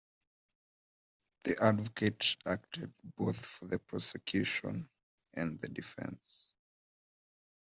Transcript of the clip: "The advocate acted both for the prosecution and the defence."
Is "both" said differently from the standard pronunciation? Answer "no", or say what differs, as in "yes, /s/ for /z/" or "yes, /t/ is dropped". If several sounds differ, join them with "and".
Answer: no